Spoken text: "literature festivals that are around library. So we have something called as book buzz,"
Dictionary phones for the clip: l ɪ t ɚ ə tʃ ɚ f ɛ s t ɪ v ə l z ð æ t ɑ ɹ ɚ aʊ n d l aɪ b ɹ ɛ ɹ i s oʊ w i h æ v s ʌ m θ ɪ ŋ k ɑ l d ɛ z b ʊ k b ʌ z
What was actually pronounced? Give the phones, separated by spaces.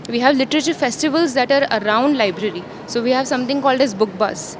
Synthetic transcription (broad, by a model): l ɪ t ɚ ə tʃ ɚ f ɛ s t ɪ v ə l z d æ t ɑ ɹ ɚ aʊ n d l aɪ b ɹ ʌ ɹ i s oʊ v i h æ v s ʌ m t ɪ ŋ k ɑ l d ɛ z b ʊ k b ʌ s